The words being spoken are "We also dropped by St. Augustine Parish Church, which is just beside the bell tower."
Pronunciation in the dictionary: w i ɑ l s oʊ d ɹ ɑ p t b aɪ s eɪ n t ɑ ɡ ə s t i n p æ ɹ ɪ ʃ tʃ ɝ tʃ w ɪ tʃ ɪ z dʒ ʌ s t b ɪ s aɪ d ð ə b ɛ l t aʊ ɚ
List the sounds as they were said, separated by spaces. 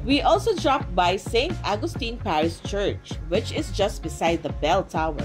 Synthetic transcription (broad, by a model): w i ɑ l s oʊ d ɹ ɑ p t b aɪ s eɪ n t ɑ ɡ ə s t i n p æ ɹ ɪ s tʃ ɝ tʃ w ɪ tʃ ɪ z dʒ ʌ s t b ɪ s aɪ d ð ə b ɛ l t aʊ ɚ